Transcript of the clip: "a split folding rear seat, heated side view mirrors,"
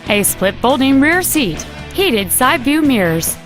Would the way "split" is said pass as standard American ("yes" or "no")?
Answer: yes